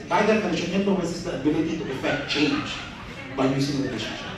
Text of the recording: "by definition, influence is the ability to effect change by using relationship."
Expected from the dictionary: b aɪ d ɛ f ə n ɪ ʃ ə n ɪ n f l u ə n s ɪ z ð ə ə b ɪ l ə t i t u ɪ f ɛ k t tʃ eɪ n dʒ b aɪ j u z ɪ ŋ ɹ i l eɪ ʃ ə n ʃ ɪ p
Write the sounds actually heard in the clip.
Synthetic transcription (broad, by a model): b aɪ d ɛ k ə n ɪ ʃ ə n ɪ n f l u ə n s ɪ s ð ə ə b ɪ l ə t i t u ɪ f ɛ k t tʃ eɪ n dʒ b aɪ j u s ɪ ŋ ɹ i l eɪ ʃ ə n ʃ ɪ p